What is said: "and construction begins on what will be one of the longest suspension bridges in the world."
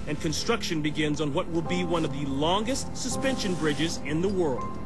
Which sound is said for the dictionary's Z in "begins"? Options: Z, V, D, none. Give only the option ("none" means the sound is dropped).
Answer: Z